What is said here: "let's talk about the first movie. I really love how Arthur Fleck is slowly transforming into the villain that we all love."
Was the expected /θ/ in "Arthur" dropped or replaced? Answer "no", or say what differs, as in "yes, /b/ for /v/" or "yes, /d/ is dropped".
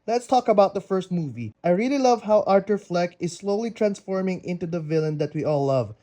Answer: yes, /t/ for /θ/